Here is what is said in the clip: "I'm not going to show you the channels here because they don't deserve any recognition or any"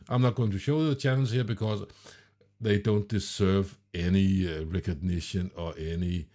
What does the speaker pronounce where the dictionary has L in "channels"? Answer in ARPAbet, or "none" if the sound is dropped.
N